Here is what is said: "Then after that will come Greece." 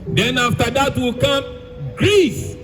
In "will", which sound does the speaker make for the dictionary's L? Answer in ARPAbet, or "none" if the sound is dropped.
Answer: L